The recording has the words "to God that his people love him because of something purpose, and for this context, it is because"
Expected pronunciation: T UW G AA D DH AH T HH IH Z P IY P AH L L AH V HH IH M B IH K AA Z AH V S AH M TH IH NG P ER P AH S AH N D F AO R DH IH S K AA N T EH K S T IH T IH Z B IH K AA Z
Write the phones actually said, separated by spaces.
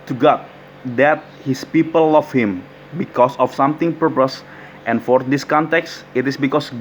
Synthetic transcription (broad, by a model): T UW G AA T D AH T HH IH S P IY P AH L L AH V HH IH M B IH K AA S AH F S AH M T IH NG P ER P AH S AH N F AO R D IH S K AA N T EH K S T IH T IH S B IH K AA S